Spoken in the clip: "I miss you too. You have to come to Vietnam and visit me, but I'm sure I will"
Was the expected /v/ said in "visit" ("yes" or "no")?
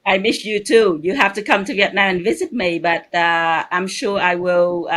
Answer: yes